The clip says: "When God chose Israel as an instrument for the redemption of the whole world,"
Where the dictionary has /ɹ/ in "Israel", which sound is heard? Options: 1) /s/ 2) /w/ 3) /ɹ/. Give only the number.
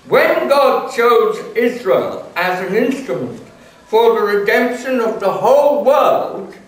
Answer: 3